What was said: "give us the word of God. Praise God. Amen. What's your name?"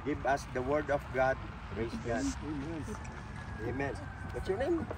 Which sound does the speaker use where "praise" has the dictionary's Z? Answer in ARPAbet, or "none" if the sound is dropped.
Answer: S